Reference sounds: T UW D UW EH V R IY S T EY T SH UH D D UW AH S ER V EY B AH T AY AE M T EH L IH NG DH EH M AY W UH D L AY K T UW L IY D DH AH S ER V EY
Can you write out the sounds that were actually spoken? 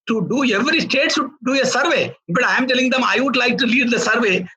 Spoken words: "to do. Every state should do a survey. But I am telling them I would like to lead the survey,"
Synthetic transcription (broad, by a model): T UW D UW EH V R IY S T EY T S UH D D UW AH S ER V EY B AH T AY M T EH L IH NG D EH M AY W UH D L AY K T UW L IY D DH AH S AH V EY